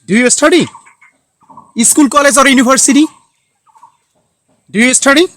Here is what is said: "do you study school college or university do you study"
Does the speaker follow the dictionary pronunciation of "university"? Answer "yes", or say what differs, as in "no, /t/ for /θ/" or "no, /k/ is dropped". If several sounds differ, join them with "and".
no, /b/ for /v/